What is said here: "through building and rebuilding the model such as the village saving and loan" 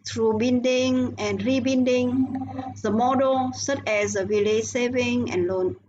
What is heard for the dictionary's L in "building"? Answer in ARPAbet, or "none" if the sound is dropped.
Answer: N